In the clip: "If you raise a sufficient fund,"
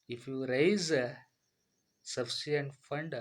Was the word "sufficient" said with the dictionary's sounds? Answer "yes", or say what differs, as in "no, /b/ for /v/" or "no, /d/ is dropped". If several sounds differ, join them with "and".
no, /ʃ/ is dropped